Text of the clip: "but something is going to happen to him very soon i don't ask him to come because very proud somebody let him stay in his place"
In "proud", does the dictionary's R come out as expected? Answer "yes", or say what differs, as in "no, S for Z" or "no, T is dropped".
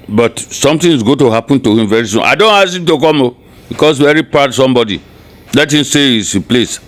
no, R is dropped